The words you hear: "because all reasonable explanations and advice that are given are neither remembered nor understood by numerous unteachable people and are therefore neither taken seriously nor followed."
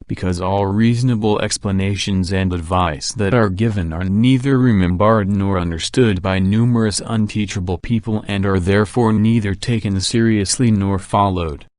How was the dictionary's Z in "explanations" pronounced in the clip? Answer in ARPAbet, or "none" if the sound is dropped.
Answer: Z